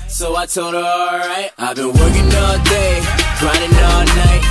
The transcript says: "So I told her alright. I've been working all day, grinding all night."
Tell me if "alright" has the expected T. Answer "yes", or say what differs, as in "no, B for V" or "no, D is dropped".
yes